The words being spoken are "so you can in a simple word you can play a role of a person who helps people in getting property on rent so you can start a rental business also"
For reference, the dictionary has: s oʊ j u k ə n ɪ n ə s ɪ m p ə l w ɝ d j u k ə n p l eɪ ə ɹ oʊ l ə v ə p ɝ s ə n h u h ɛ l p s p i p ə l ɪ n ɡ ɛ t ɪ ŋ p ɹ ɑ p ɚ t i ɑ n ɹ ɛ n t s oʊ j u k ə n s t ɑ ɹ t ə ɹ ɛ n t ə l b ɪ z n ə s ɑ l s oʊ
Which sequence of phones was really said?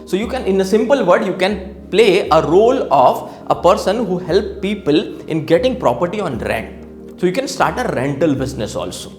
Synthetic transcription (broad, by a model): s oʊ j u k ə n ɪ n ə s ɪ m p ə l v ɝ d j u k ə n p l eɪ ə ɹ oʊ l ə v ə p ɝ s ə n h u h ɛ l p p i p ə l ɪ n ɡ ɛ t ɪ ŋ p ɹ ɑ p ɚ t i ɑ n ɹ ɛ n t s oʊ j u k ə n s t ɑ ɹ t ə ɹ ɛ n t ə l b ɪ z n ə s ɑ l s oʊ